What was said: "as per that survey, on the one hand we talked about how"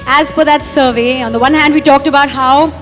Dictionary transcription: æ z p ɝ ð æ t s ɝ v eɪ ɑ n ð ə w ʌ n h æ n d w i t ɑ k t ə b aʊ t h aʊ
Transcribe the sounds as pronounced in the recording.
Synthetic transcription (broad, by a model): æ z f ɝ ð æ t s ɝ v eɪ ɑ n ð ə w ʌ n h æ n d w i t ɑ k t ə b aʊ t h aʊ